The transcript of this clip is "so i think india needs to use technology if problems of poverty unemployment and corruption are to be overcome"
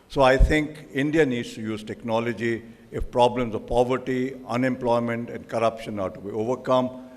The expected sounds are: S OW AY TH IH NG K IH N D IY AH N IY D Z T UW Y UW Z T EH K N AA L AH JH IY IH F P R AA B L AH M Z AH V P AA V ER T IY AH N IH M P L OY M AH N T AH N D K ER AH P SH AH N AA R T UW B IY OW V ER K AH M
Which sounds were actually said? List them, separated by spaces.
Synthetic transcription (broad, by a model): S OW AY T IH NG K IH N D IY AH N IY D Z T UW Y UW Z T EH K N AA L AH JH IY IH F P R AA B L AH M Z AH V P AA V ER T IY AH N IH M P L OY M AH N T AH N D K ER AH P SH AH N AA R T UW B IY OW V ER K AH M